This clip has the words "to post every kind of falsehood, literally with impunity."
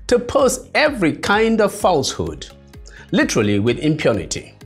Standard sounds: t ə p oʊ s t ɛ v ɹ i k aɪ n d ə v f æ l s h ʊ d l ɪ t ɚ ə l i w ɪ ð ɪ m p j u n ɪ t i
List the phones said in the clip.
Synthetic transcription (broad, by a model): t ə p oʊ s ɛ v ɹ i k aɪ n d ə v f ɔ l s h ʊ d l ɪ t ɚ ə l i w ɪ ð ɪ m p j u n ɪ t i